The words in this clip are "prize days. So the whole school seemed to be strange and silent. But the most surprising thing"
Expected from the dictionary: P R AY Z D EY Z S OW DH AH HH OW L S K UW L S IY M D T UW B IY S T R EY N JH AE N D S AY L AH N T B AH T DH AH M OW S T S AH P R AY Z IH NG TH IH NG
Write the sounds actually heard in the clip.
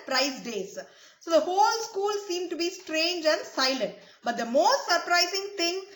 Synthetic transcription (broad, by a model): P R AY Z D EY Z S OW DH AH HH OW L S K UW L S IY M T UW B IY S T R EY N JH AE N D S AY L AH N T B AH T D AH M OW S T S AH P R AY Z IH NG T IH NG